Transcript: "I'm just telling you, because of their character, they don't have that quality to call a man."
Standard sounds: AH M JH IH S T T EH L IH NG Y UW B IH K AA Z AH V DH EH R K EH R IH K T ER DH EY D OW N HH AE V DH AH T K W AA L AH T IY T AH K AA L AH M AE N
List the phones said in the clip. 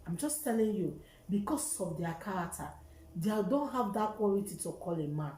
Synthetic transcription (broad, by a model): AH M JH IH S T T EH L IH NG Y UW B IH K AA S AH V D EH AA K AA R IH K T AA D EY D OW N HH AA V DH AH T K W AA L AH T IY T AH K AA L AH M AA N